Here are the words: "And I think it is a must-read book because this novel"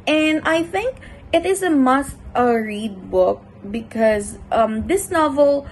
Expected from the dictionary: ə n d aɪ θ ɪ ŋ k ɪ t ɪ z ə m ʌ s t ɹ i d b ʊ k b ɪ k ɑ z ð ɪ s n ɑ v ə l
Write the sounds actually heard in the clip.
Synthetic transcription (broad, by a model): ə n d aɪ θ ɪ ŋ k ɪ t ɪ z ə m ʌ s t ɹ i d b ʊ k b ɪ k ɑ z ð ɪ s n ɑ v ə l